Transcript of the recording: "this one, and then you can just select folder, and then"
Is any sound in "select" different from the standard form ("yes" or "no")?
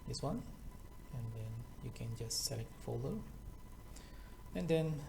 yes